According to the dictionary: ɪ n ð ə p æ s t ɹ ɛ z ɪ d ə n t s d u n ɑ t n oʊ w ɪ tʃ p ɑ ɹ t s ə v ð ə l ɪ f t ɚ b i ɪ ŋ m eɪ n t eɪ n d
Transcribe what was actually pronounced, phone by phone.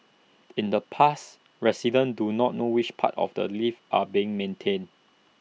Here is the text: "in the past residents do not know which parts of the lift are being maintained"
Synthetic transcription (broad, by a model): ɪ n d ə p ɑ s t ɹ ɛ s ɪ d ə n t d u n ɑ t n oʊ w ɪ tʃ p ɑ t ə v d ə l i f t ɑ b i ɪ ŋ m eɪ n t eɪ n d